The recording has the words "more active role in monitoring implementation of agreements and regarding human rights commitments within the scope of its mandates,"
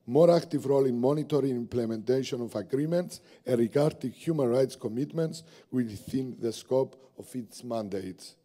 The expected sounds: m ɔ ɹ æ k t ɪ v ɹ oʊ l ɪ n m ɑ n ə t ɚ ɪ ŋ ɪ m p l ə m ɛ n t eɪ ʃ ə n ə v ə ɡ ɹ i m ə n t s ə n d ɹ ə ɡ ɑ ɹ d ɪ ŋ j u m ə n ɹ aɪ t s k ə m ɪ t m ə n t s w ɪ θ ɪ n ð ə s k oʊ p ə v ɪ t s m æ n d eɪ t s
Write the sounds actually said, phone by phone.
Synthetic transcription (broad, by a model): m ɔ ɹ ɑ k t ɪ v ɹ oʊ l ɪ n m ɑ n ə t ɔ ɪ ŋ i m p l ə m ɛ n t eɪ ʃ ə n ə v ə ɡ ɹ i m ə n t s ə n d ɹ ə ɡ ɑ ɹ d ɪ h j u m ə n ɹ aɪ t s k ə m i t m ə n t s w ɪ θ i n ð ə s k oʊ p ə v ɪ t s m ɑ n d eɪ t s